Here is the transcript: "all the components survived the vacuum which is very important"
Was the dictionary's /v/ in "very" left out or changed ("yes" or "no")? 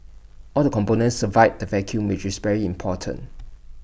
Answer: no